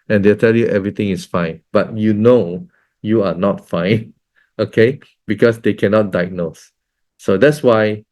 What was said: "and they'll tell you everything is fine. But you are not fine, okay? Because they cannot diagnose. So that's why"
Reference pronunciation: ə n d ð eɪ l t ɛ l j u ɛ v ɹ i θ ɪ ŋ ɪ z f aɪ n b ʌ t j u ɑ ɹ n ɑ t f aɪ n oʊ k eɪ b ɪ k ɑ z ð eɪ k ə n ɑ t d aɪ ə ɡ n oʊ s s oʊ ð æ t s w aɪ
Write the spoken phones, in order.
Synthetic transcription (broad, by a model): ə n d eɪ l t ɛ l j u ɛ v ɹ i t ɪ ŋ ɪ s f aɪ n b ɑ t j u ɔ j n ɑ t f aɪ n oʊ k eɪ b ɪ k ɑ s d eɪ k ə n ɑ t d aɪ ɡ n oʊ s s oʊ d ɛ t s w aɪ